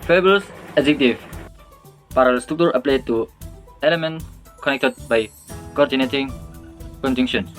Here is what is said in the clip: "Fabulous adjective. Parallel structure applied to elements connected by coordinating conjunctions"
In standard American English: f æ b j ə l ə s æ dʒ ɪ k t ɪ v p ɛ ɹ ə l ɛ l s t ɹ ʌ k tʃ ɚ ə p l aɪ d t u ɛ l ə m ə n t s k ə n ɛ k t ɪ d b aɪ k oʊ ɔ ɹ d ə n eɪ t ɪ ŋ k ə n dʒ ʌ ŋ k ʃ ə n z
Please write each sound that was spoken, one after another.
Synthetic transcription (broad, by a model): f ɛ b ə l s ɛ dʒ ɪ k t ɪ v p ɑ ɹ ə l l s t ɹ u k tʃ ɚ ə p l aɪ d t u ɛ l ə m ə n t k ə n ɛ k t ɪ d b aɪ k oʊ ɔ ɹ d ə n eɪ t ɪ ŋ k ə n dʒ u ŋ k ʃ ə n